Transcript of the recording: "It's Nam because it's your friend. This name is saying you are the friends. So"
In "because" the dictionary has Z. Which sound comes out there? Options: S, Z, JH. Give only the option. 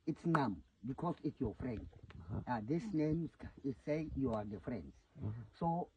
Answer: S